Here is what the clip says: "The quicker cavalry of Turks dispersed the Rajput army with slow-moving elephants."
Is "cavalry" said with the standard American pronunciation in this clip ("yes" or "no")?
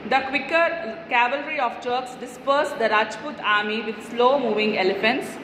yes